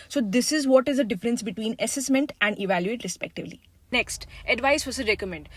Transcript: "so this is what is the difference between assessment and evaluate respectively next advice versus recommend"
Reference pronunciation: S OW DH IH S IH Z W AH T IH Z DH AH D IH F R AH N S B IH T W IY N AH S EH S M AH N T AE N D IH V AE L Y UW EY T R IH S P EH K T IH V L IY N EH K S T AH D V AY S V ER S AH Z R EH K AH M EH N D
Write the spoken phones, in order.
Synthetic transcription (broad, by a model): S OW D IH S IH Z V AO T IH Z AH D IH F R AH N S B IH T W IY N AH S EH S M AH N T AE N D IH V AE L Y UW EY T R IH S P EH K T IH V L IY N EH K S T AH D V AY S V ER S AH R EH K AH M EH N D